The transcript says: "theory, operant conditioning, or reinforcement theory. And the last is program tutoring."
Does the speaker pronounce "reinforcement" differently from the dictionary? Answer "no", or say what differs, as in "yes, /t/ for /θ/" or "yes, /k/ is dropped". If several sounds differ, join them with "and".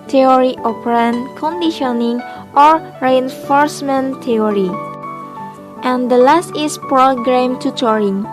no